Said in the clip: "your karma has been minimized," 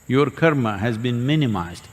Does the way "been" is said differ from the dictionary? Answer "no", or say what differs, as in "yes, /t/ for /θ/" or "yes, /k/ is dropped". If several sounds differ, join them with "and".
no